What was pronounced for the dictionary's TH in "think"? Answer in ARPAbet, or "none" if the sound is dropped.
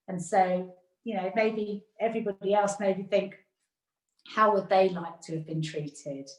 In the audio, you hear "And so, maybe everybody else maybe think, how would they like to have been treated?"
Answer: TH